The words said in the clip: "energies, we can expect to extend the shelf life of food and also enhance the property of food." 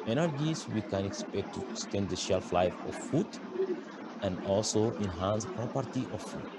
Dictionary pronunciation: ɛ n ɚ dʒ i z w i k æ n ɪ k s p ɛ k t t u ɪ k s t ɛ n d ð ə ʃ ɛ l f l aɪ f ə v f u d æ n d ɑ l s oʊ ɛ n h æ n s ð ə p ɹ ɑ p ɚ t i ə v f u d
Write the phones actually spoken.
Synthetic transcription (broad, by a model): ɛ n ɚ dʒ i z w i k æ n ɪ k s p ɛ k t t u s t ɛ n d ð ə ʃ ɛ l f l aɪ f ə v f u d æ n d ɑ l s oʊ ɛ n h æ n s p ɹ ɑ p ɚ t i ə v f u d